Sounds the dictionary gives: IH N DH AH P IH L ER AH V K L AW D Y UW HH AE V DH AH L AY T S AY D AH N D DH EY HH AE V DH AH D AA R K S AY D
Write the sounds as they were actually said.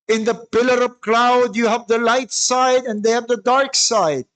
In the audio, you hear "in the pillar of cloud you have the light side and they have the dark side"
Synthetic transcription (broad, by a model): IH N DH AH P IH L ER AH P K L AW D Y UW HH AE V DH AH L AY T S AY D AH N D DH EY HH AE V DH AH D AA R K S AY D